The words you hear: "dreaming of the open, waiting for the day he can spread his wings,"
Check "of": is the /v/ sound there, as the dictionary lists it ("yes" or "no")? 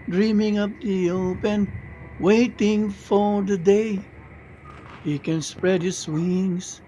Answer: no